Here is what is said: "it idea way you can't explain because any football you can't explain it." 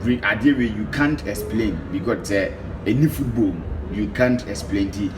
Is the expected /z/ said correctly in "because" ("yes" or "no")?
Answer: no